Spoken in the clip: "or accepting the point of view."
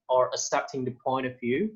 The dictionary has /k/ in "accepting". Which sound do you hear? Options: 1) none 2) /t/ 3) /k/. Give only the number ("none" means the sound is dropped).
1